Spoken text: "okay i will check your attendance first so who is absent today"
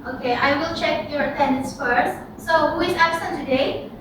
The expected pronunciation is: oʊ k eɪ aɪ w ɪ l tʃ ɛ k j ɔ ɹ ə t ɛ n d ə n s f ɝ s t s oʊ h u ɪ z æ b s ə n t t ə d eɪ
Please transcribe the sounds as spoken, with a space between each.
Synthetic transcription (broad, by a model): oʊ k eɪ aɪ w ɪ l tʃ ɛ k j ɔ ɹ ə t ɛ n d ə n s f ɝ s t s oʊ h u ɪ z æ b s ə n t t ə d eɪ